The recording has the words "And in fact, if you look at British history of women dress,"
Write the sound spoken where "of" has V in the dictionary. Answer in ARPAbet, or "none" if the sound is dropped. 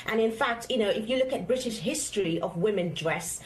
V